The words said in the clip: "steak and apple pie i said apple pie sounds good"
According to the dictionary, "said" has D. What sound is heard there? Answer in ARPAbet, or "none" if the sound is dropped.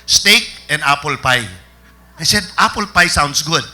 D